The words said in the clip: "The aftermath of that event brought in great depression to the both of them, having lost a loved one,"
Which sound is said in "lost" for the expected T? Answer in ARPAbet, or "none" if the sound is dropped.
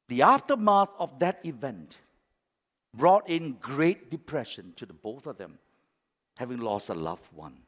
T